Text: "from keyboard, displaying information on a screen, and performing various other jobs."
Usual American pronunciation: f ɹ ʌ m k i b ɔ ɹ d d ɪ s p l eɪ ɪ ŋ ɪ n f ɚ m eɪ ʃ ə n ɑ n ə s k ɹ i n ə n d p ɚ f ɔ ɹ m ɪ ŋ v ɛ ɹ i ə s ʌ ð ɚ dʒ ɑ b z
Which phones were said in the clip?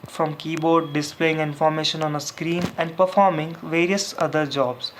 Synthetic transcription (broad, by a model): f ɹ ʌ m k i b ɔ ɹ d d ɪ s p l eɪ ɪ ŋ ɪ n f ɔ m eɪ ʃ ə n ɑ n ə s k ɹ i n ə n d p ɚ f ɔ ɹ m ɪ ŋ v ɛ ɹ i ə s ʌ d ɚ dʒ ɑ b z